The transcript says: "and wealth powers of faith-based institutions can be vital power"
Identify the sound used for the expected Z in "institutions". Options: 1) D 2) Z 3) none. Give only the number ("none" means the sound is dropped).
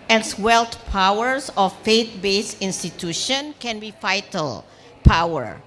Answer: 3